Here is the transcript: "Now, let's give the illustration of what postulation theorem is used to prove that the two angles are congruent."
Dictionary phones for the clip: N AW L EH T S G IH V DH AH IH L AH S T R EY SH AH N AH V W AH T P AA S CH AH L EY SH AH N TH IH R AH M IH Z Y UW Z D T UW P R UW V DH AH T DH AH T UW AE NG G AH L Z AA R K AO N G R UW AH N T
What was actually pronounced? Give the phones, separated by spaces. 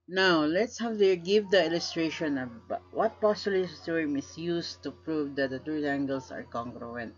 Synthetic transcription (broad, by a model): N AW L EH T S G IH V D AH IH L AH S T R EY SH AH N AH B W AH T P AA S AH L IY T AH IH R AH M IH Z Y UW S T UW P R UW V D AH T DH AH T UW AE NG G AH L S AA R K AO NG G R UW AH N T